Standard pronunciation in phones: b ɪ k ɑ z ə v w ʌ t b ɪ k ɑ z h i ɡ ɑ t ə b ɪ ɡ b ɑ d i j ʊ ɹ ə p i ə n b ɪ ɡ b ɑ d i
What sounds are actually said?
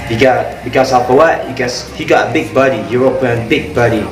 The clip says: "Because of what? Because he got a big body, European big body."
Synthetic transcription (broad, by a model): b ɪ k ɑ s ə p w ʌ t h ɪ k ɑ s h i ɡ ɑ t ə b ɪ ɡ b ɑ d i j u ɹ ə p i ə n b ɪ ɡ b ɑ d i